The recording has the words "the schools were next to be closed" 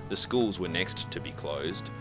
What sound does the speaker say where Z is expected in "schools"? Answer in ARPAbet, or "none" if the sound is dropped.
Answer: Z